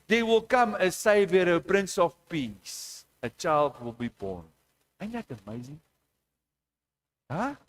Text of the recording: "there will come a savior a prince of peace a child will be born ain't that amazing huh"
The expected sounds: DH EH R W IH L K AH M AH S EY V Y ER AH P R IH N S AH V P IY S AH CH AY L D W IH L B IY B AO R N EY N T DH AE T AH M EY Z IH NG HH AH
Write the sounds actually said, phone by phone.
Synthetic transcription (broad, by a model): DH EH W IH L K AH M AH S EY V Y ER AH P R IH N S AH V P IY S AH CH AY L D W IH L B IY B AO N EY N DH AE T AH M EY Z IH NG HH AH